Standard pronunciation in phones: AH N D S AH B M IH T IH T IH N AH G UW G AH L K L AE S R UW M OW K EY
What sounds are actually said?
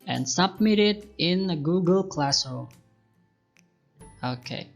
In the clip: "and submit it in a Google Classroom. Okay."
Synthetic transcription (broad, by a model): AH N S AH B M IH T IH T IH N AH G UW G AH L K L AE S AH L OW K EY